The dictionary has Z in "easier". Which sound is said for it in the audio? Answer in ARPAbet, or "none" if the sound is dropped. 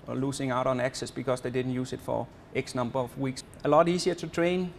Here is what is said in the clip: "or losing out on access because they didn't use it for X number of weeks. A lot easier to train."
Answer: S